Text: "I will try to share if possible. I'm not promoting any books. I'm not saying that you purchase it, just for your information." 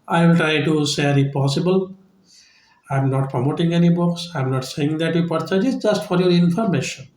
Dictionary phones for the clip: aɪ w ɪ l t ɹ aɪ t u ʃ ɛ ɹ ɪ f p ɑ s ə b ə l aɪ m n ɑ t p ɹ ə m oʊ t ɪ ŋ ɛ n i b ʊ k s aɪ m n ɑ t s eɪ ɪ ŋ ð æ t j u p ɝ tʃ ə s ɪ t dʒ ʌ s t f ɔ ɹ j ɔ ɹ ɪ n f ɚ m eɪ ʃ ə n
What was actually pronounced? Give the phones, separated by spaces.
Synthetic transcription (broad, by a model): aɪ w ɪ l t ɹ aɪ t u s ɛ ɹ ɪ p ɑ s ə b ə l aɪ m n ɑ t p ɹ ə m oʊ t ɪ ŋ ɛ n i b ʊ k s aɪ m n ɑ t s eɪ ɪ ŋ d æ t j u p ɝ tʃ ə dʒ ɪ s dʒ ʌ s t f ɔ ɹ j ɔ ɹ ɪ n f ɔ m eɪ ʃ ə n